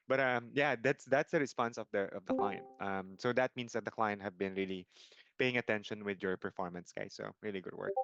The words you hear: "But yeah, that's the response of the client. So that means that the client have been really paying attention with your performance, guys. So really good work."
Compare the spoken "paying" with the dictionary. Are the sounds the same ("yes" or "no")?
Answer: yes